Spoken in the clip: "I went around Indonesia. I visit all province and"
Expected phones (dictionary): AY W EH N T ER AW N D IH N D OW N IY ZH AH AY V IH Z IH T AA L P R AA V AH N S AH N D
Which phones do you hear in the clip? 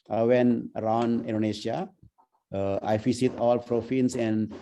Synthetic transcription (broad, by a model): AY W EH N ER AW N D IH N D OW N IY SH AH AY F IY S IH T AA L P R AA F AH N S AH N D